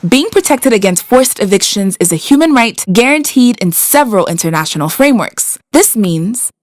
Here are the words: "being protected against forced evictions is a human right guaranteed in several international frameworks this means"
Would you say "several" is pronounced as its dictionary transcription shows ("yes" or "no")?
yes